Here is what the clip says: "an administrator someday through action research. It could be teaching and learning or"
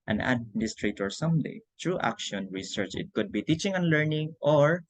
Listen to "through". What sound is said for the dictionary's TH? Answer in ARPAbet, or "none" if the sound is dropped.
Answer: T